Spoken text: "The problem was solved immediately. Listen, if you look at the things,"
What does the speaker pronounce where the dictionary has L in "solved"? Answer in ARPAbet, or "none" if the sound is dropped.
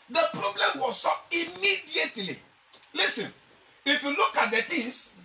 none